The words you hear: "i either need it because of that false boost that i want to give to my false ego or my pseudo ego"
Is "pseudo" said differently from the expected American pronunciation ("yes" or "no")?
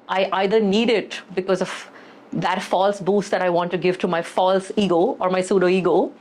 no